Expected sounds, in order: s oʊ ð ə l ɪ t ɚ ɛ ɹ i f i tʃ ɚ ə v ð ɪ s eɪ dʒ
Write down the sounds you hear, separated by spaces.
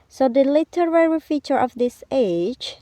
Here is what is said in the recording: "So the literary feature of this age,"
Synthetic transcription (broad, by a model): s oʊ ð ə l ɪ t ɚ ɛ ɹ i f i tʃ ɚ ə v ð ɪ s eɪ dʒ